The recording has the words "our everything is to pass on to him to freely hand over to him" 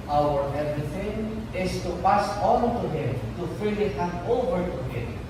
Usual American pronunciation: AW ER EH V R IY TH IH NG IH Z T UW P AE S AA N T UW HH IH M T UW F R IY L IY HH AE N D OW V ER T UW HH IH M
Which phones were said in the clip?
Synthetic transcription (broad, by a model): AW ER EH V R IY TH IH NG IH S T UW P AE S AA N T UW HH IH M T UW F IY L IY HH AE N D OW V ER T UW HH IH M